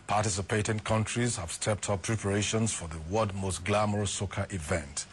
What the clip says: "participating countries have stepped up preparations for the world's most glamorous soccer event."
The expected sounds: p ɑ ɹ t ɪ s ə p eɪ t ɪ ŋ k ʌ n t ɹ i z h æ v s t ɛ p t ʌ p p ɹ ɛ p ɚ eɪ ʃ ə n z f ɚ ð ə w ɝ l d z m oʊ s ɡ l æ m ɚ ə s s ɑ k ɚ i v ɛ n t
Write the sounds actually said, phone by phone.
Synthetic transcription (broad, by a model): p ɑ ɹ t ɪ s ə p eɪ t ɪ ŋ k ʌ n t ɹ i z h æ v s t ɛ p t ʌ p p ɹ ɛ p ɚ eɪ ʃ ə n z f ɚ ð ə w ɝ d m oʊ s ɡ l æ m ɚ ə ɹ s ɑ k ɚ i v ɛ n t